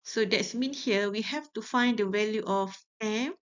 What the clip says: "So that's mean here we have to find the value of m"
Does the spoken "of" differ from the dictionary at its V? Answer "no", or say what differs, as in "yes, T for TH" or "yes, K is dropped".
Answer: yes, F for V